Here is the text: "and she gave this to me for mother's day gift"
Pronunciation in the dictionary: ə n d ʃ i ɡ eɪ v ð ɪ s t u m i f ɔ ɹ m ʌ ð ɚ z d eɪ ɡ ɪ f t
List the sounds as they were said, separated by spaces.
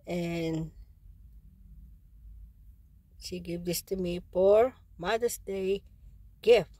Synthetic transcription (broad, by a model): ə n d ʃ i ɡ eɪ v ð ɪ s t u m i p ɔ ɹ m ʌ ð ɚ s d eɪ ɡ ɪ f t